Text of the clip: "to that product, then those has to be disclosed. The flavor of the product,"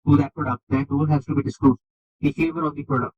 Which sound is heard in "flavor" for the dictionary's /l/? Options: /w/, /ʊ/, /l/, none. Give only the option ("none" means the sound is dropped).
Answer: none